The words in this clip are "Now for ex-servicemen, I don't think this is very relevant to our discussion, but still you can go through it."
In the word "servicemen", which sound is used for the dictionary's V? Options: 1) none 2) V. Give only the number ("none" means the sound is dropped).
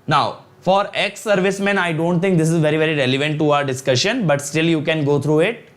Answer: 2